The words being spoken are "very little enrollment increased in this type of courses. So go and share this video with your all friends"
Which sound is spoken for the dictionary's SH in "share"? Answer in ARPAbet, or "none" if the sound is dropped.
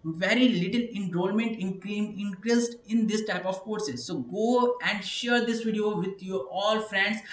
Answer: SH